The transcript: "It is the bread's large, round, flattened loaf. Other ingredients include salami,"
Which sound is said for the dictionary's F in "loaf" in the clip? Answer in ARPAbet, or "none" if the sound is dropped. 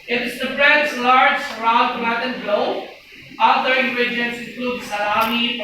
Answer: none